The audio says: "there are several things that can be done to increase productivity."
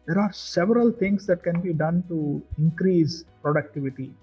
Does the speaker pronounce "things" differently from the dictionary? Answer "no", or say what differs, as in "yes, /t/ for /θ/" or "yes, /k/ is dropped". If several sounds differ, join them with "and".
yes, /t/ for /θ/